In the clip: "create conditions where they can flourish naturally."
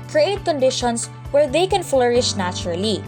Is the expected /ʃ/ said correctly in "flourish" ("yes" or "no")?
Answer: yes